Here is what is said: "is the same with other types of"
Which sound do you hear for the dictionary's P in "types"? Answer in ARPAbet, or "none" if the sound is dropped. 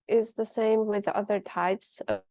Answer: P